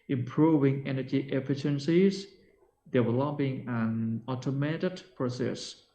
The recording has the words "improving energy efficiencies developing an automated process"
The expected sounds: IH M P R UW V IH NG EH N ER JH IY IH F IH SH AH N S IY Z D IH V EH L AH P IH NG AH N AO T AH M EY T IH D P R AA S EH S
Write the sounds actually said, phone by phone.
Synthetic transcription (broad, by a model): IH M P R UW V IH NG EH N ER JH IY IH F IH SH AH N S IY Z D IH W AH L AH B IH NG AH N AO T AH M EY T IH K P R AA S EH S